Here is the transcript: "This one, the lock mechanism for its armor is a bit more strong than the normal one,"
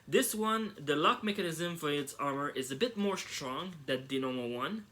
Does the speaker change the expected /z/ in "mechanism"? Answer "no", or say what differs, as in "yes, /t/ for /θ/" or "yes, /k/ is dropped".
no